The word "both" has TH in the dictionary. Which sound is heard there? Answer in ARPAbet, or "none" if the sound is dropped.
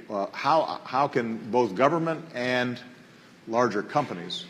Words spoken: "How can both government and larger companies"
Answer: TH